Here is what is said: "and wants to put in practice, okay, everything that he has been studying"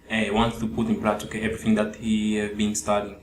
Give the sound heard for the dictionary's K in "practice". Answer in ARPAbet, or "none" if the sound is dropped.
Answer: none